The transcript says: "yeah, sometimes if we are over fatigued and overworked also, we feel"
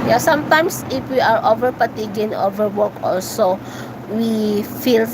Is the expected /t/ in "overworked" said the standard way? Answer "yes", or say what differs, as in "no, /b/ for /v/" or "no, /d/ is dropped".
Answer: no, /t/ is dropped